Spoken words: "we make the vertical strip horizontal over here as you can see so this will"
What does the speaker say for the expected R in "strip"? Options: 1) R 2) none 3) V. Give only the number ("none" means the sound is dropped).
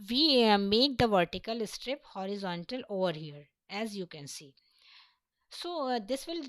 1